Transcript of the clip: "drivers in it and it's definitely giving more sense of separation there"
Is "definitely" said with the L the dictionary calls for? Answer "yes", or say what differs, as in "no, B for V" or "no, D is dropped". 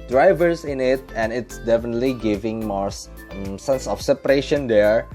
yes